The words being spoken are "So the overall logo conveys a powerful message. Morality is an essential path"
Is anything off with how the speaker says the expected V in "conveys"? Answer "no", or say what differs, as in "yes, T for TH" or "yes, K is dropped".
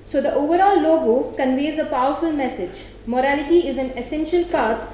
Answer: no